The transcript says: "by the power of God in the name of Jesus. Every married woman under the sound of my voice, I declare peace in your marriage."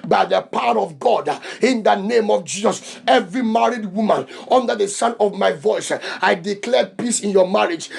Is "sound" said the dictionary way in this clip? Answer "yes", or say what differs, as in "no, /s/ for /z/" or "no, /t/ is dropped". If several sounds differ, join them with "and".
no, /d/ is dropped